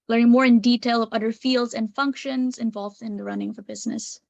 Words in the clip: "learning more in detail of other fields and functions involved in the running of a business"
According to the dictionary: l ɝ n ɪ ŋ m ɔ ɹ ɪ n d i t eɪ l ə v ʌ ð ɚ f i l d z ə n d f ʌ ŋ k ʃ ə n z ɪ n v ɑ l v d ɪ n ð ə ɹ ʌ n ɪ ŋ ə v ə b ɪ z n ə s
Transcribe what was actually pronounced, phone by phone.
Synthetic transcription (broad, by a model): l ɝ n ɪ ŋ m ɔ ɹ ɪ n d i t eɪ l ə v ʌ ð ɚ f i l d z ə n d f ʌ ŋ k ʃ ə n z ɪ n v ɑ l v d ɪ n ð ə ɹ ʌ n ɪ ŋ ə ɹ b ɪ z n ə s